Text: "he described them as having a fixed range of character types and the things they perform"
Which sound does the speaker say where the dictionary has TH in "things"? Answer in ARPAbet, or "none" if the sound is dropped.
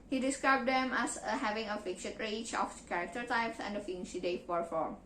F